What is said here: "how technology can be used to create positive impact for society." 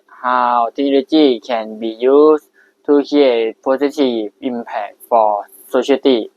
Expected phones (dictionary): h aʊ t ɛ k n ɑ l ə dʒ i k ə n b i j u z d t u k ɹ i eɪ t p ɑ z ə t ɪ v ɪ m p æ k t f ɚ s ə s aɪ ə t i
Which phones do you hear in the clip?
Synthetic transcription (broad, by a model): h aʊ t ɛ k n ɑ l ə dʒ i k ə n b i j u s t u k i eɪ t p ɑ s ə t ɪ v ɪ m p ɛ k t f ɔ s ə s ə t i